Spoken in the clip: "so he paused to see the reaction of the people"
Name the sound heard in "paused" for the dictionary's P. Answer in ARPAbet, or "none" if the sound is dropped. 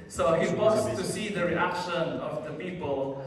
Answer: B